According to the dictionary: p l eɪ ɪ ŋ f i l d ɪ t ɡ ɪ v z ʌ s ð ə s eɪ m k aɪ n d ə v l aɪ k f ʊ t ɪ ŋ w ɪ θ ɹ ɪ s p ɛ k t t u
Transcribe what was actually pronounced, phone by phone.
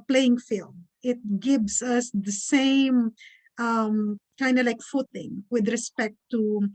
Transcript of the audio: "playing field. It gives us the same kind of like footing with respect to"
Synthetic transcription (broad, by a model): p l eɪ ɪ ŋ f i l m ɪ t ɡ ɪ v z ʌ s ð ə s eɪ m k aɪ n d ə l aɪ k f ʊ t ɪ ŋ w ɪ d ɹ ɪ s p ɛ k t t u